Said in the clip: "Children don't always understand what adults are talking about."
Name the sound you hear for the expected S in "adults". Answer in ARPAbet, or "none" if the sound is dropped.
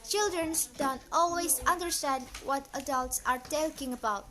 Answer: S